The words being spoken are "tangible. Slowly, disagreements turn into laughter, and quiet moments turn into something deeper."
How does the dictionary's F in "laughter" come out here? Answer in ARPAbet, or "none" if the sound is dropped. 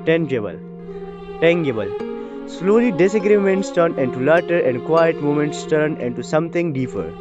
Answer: none